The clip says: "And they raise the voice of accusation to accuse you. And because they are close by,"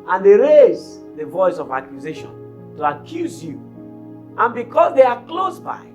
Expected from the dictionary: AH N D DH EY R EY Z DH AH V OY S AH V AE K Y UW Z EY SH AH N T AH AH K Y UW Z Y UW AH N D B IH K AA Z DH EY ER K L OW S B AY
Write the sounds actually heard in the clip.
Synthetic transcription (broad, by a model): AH N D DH EY R EY Z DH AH V OY S AH V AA K Y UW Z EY SH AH N T AH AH K Y UW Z Y UW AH N B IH K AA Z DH EY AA K L OW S B AY